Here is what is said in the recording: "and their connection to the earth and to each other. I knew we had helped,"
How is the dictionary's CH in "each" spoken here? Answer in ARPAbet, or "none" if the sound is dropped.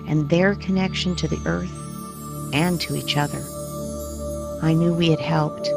CH